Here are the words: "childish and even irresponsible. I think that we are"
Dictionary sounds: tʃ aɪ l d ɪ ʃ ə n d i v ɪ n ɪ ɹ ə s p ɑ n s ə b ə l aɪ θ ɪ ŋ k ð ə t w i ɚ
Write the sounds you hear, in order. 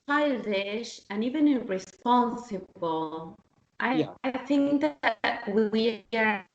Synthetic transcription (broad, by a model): aɪ l d ɪ ʃ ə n i v ɪ n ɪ ɹ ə s p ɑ n s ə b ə l aɪ θ ɪ ŋ k ð ə t w i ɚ